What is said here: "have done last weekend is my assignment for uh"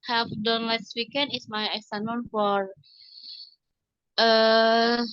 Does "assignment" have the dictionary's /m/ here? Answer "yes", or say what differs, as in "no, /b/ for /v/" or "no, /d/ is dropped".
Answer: no, /m/ is dropped